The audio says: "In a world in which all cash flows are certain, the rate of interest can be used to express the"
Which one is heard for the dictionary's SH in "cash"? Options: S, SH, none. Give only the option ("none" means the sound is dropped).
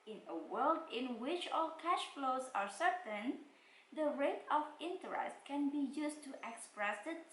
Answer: SH